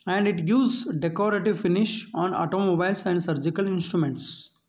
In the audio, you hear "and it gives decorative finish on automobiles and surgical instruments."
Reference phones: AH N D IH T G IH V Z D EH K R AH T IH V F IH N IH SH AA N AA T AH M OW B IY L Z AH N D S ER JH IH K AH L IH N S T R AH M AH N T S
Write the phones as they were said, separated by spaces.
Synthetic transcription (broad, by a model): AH N D IH T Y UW Z D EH K R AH T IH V F IH N IH SH AA N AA T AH M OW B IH L S AH N D S ER JH IH K AH L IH N S T R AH M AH N T S